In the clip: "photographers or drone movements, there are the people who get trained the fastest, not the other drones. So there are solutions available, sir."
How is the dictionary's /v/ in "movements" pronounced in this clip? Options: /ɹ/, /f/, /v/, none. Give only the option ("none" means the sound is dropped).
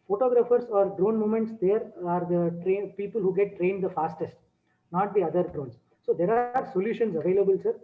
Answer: none